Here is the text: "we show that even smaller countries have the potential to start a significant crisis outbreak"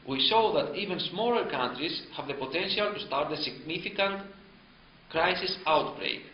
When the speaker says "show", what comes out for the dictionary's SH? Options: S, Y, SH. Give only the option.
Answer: S